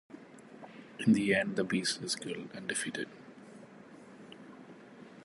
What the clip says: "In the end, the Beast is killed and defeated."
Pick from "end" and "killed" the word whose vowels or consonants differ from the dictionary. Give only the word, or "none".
killed